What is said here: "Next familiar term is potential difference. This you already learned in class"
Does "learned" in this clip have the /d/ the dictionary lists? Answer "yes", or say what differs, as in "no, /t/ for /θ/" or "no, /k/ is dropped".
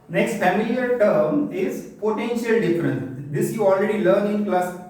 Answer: no, /d/ is dropped